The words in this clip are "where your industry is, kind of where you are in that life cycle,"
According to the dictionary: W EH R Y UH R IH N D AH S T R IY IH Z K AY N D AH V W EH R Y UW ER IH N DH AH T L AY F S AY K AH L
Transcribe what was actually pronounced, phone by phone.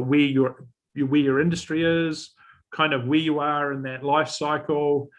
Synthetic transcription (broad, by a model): W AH R Y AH R IH N D AH S T R IY IH Z K AY N D AH V W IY Y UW ER IH N DH AH T L AY F S AY K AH L